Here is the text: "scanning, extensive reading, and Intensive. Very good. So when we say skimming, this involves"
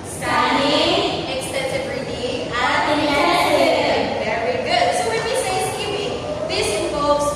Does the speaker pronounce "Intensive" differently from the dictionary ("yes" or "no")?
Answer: yes